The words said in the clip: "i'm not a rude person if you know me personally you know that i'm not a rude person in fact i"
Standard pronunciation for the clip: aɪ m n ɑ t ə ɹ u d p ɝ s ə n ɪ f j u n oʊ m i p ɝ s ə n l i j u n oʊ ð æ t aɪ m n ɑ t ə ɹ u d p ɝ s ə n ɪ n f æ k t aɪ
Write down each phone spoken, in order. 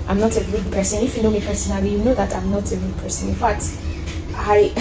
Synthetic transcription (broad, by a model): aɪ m n ɑ t ə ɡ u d p ɝ s ə n ɪ f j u n oʊ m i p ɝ s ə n i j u n oʊ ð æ t aɪ m n ɑ t ə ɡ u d p ɝ s ə n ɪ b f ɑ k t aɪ